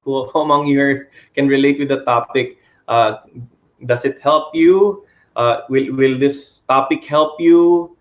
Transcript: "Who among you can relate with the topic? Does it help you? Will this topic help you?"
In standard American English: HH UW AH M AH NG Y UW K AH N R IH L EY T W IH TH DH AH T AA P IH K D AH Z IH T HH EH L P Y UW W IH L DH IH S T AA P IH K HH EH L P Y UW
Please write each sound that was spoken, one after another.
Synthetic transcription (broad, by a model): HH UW AH M AH NG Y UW K AH N R IH L EY T W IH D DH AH T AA P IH K D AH S IH T HH EH L P Y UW W IH L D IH S T AA P IH K HH EH L P Y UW